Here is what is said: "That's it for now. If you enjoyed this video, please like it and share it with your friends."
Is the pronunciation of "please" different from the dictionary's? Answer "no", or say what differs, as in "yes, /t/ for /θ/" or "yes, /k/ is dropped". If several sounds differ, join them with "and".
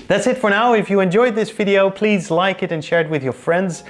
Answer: no